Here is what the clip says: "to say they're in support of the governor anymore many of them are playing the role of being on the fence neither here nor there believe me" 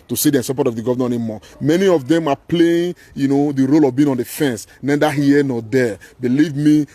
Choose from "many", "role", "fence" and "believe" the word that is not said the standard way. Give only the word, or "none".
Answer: none